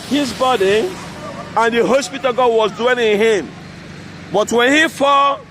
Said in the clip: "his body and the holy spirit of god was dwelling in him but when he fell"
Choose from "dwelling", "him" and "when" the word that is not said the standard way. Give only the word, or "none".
dwelling